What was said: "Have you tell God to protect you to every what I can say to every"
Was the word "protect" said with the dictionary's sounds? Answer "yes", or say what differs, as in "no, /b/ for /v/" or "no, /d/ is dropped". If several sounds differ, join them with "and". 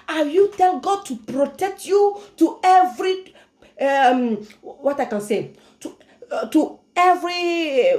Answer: yes